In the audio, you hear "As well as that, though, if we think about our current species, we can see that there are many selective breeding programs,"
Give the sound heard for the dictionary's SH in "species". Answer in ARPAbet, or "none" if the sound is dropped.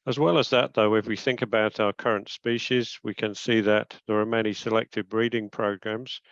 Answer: SH